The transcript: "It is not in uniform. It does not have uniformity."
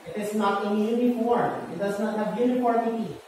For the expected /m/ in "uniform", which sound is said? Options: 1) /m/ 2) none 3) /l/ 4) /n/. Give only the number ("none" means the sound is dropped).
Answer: 2